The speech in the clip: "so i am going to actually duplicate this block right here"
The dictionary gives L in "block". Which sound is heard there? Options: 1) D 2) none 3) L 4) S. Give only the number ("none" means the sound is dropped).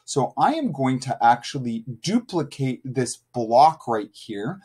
3